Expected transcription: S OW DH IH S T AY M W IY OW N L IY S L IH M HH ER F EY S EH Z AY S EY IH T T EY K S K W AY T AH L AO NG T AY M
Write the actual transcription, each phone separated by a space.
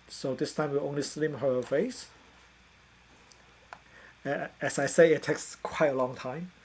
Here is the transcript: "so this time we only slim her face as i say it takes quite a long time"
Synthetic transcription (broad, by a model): S OW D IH S T AY M W IY OW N L IY S L IH M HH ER F EY S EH S AY S EY IH T T EY K S K W AY T AH L AO NG T AY M